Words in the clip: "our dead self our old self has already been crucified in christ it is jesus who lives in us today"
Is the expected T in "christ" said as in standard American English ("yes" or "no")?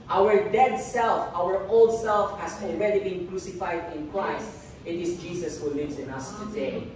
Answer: yes